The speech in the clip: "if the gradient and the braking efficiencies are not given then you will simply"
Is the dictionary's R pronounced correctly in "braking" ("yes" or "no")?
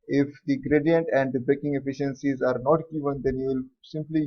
no